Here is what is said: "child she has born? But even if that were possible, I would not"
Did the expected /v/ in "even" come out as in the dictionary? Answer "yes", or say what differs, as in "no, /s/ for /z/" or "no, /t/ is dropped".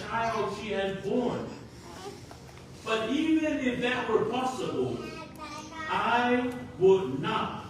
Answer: yes